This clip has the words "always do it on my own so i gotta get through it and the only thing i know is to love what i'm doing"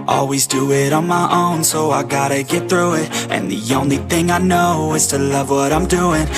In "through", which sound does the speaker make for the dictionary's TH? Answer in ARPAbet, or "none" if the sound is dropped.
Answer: TH